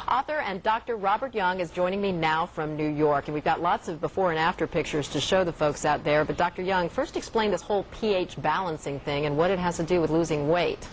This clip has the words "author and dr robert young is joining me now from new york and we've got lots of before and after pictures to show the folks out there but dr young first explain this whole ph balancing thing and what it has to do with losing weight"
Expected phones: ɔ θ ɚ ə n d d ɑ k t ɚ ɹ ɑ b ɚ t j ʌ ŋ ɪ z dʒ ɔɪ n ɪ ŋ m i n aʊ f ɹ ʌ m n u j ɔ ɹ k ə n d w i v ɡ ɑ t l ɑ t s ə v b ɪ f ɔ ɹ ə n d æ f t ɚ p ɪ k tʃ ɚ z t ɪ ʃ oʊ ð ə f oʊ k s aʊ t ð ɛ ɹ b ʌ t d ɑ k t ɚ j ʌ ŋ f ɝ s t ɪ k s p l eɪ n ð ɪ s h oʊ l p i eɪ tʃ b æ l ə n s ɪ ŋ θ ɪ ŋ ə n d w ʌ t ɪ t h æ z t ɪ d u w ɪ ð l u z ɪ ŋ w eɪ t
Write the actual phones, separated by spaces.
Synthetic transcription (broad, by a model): ɔ θ ɚ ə n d d ɑ k t ɚ ɹ ɑ b ɚ t j ʌ ŋ ɪ z dʒ ɔɪ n ɪ ŋ m i n aʊ f ɹ ʌ m n u j ɔ ɹ k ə n w i v ɡ ɑ t l ɑ t s ə v b ɪ f ɔ ɹ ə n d æ f t ɚ p ɪ k tʃ ɚ z t ɪ ʃ oʊ ð ə f oʊ k s aʊ t ð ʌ ɹ b ʌ t d ɑ k t ɚ j ʌ ŋ f ɝ s t ɪ k s p l eɪ n ð ɪ s h oʊ l p i eɪ tʃ b æ l ə n s ɪ ŋ θ ɪ ŋ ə n w ʌ t ɪ t h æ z t ɪ d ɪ w ɪ ð l u z ɪ ŋ w eɪ t